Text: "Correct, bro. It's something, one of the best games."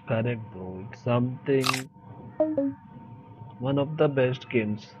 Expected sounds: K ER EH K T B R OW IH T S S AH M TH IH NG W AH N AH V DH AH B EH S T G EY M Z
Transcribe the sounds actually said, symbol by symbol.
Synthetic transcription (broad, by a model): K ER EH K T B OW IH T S S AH M T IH NG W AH N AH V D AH B EH S T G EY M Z